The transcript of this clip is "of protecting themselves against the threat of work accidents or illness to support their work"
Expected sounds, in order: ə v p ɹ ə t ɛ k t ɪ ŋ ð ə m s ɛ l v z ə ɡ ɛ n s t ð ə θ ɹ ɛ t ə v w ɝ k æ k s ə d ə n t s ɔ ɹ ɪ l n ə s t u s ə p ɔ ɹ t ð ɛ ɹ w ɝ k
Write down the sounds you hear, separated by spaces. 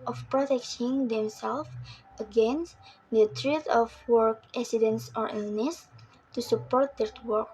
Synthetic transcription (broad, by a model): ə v p ɹ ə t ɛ k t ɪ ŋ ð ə m s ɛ l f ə ɡ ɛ n s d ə t ɹ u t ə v w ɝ k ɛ s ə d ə n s ɔ ɹ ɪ l n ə s t u s ə p ɔ ɹ t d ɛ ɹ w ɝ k